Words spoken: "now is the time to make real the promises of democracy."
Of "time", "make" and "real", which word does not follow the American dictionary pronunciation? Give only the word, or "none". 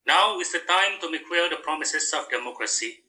real